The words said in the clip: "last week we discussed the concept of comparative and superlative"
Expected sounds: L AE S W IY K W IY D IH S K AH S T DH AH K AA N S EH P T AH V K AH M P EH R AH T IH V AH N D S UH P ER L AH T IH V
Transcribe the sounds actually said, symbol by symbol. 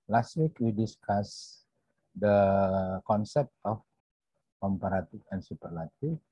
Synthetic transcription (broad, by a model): L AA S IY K W IY D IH S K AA S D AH K AA N S EH P T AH F K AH M P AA R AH T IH F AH N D S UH P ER L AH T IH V